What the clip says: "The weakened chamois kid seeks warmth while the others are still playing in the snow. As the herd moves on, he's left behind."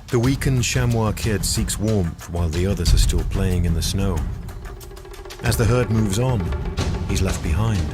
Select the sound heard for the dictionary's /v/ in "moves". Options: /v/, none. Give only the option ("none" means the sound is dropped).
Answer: /v/